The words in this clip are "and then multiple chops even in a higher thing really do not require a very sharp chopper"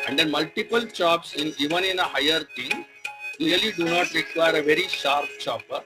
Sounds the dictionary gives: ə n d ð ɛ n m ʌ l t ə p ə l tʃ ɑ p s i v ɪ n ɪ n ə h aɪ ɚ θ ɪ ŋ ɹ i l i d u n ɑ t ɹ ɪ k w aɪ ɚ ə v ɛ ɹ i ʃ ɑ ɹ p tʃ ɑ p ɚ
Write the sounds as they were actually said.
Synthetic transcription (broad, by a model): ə n d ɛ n m ʌ l t ə p ə l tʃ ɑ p s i v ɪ n ɪ n ə h aɪ ɚ t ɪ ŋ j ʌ l i d u n ɑ t ɹ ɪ k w aɪ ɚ ə v ɛ ɹ i ʃ ɑ ɹ p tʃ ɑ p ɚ